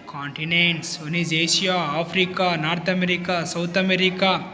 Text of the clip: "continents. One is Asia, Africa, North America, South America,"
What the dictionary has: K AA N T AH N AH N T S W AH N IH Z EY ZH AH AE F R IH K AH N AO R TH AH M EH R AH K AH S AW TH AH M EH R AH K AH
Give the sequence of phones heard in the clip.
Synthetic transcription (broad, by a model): K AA N T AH N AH N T S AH N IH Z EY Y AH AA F R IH K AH N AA R T AH M EH R AH K AH S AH T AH M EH R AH K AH